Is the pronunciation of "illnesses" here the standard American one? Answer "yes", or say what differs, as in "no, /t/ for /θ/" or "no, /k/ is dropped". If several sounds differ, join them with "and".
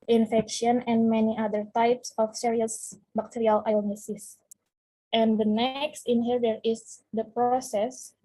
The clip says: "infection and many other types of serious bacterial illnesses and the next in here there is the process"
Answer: no, /l/ is dropped